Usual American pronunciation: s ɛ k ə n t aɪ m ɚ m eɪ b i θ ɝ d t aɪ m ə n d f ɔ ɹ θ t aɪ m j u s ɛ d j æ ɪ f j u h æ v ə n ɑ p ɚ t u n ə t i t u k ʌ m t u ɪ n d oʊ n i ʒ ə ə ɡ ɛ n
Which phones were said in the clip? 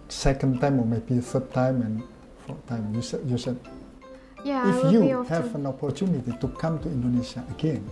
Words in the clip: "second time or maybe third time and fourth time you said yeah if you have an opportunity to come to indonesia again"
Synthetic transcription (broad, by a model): s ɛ k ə n t aɪ m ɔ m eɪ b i f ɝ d t aɪ m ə n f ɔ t t aɪ m j u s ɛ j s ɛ ɪ f j u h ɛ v ə n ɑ p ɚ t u n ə t i t u k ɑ m t u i n d oʊ n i s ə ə ɡ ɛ n